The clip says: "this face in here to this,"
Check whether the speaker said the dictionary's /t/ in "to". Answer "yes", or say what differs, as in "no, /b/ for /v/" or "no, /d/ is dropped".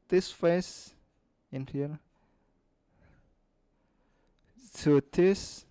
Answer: no, /s/ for /t/